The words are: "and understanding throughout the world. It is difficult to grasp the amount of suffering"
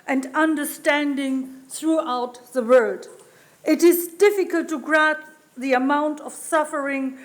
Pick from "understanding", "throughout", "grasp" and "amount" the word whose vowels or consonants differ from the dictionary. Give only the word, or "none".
grasp